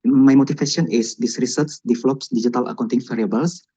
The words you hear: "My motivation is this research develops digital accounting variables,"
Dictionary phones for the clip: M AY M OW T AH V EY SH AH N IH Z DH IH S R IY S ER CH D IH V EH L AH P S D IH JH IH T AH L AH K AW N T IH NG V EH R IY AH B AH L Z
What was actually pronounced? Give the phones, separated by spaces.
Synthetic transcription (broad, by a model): M AY M OW T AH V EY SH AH N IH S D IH S R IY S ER S D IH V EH L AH P S D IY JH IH T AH L AH K AW N T IH NG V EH R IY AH B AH L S